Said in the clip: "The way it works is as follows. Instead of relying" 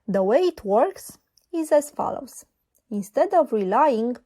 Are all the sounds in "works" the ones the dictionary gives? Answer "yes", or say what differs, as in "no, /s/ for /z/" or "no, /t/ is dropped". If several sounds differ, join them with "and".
yes